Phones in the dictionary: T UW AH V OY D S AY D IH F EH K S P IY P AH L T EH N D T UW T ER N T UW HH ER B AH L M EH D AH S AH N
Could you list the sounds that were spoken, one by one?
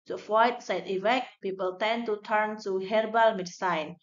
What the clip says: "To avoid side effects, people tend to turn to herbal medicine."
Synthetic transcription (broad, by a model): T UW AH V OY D S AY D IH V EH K P IY P AH L T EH N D T UW T ER N T UW HH ER B AH L M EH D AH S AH N